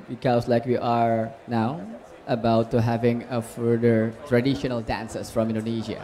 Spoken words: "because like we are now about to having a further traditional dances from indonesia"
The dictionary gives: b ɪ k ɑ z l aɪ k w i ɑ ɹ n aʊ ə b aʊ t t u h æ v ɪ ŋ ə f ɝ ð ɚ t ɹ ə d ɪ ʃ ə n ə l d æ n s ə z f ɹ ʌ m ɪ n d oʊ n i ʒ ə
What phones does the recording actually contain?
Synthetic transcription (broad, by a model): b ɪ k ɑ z l aɪ k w i ɑ ɹ n aʊ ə b aʊ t t u h æ v ɪ ŋ ə f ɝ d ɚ t ɹ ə d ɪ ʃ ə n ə l d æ n s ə s f ɹ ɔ m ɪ n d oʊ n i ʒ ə